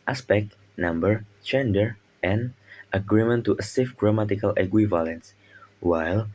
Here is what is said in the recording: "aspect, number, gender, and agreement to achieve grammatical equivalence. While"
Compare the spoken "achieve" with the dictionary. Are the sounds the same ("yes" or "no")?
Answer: no